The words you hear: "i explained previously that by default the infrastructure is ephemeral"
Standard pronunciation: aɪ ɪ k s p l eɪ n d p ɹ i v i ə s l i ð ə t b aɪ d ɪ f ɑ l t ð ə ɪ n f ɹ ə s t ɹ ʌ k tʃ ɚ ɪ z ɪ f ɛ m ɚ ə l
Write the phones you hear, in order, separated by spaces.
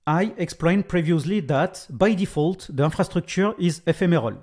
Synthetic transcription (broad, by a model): aɪ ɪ k s p l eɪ n p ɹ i v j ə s l i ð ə t b aɪ d ɪ f ɑ l t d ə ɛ f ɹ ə s t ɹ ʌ k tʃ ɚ ɪ z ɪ f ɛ m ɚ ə l